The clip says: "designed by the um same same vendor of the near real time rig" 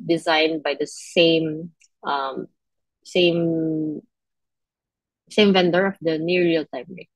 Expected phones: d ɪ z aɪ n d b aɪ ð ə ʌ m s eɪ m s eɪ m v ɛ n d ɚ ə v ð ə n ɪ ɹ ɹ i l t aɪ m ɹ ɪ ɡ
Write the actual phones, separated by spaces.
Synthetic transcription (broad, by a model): d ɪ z aɪ n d b aɪ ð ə ʌ m s eɪ m s eɪ m v ɛ n d ɚ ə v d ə n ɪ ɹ ɹ i l t aɪ m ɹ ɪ